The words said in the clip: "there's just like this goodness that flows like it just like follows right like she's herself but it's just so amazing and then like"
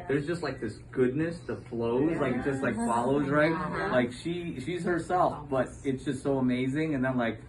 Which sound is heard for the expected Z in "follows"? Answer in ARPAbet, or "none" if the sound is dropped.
Z